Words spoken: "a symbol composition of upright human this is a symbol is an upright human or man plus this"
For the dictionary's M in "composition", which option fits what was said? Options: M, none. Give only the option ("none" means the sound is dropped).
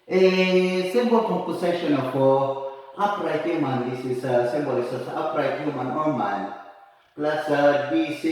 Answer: none